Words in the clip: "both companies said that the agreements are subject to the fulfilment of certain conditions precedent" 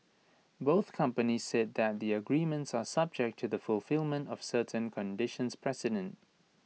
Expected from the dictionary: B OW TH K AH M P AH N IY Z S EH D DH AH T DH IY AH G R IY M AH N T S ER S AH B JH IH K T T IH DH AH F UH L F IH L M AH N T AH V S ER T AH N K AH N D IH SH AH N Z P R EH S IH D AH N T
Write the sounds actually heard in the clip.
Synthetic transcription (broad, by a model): B OW TH K AH M P AH N IY Z S EH D DH AH T DH IY AH G R IY M AH N T S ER S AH B JH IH K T T IH DH AH F UH L F IH L M AH N T AH V S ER T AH N K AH N D IH SH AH N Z P R EH S IH D AH N T